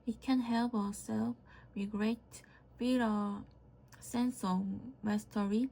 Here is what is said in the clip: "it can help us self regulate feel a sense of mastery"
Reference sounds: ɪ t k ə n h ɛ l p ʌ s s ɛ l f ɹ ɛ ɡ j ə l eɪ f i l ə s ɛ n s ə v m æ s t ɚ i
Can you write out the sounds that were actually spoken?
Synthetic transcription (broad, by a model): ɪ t k ə n h ɛ l p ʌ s s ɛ l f w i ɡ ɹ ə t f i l ə s ɛ n s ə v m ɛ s t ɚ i